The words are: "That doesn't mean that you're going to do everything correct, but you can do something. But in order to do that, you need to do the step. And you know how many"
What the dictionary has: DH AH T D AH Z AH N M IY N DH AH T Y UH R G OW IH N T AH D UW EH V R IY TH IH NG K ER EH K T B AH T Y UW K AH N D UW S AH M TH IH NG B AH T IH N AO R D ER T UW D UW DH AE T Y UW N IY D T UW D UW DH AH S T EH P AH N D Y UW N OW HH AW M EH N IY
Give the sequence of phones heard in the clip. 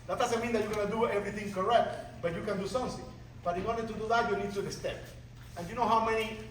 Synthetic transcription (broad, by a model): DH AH T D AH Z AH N M IY N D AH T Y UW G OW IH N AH D UW EH V R IY TH IH NG K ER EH K T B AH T Y UW K AH N D UW S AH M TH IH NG B AH T IH N AO R D ER T UW D UW DH AE T Y UW N IY D T UW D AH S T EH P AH N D Y UW N OW HH AW M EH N IY